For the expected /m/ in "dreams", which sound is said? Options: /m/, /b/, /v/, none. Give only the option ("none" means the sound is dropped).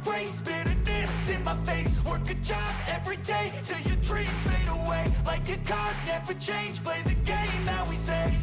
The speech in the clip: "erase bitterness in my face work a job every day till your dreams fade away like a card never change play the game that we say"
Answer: none